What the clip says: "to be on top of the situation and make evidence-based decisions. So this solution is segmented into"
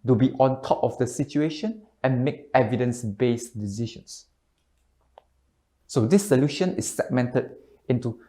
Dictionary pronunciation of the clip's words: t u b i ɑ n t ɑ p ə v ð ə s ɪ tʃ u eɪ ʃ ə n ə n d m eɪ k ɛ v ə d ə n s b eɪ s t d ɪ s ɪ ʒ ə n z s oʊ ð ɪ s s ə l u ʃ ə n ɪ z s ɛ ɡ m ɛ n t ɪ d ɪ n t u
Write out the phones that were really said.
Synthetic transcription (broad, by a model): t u b i ɑ n t ɑ p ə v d ə s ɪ tʃ u eɪ ʃ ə n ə n m eɪ k ɛ v ə d ə n s b eɪ s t d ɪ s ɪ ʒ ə n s s oʊ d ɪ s s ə l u ʃ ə n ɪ s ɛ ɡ m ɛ n t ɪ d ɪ n t u